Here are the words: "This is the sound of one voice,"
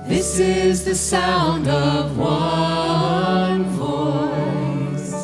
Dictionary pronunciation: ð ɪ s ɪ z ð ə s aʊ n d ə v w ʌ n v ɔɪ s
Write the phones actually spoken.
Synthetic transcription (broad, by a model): ð ɪ s ɪ z ð ə s aʊ n d ə v w ʌ n v ɔɪ s